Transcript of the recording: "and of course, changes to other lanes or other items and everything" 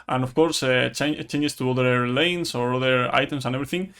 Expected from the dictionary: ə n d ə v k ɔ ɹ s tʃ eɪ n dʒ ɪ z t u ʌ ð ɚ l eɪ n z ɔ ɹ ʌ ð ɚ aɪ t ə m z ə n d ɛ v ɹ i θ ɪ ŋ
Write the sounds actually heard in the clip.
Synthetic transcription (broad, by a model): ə n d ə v k ɔ ɹ s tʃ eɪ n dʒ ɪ s t u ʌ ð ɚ l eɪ n s ɔ ɹ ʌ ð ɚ aɪ t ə m s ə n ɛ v ɹ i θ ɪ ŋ